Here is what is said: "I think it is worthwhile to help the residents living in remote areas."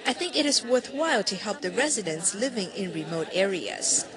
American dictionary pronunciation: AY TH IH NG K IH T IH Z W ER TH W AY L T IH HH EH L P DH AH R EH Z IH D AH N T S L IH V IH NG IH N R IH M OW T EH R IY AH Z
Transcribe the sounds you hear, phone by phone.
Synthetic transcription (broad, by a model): AY TH IH NG K IH T IH Z W ER TH W AY L T IH HH EH L P DH AH R EH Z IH D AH N S L IH V IH NG IH N R IH M OW T EH R IY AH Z